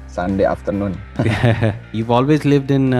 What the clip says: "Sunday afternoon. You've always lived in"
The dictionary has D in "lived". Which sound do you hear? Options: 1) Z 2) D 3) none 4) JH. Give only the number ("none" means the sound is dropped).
2